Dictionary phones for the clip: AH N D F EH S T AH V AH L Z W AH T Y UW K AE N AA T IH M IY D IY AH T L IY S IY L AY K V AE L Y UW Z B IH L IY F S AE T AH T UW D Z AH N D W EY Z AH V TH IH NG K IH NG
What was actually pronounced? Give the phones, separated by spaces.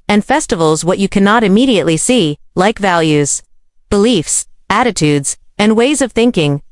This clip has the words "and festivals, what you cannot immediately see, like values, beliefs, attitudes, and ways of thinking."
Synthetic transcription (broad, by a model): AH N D F EH S T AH V L Z W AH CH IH K AE N AA T IH M IY D IY AH T L IY S IY L AY K V AE L Y UW Z B IH L IY F S AE T AH T UW D Z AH N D W EY Z AH V TH IH NG K IH NG